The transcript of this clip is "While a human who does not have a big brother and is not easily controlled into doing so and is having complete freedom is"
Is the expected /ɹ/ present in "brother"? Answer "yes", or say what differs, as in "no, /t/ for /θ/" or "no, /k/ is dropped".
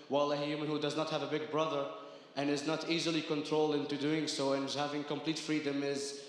yes